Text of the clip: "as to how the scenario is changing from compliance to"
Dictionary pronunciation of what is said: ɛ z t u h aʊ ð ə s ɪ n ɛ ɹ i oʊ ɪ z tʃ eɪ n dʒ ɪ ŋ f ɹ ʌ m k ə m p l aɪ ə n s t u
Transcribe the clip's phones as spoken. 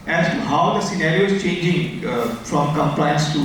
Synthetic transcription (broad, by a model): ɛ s t u h aʊ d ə s ɪ n ɛ ɹ i oʊ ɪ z tʃ eɪ n dʒ ɪ ŋ f ɹ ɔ m k ə m p l aɪ ə n s t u